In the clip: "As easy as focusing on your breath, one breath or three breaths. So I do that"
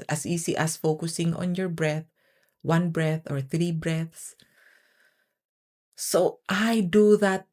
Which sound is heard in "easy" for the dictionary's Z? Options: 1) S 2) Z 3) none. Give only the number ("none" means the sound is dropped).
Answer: 1